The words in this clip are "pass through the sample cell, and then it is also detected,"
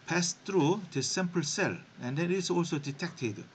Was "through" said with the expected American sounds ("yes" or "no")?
no